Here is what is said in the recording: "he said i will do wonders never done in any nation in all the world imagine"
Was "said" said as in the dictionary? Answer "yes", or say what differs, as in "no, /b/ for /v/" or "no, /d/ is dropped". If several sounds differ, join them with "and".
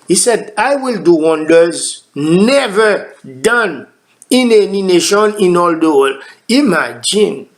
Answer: yes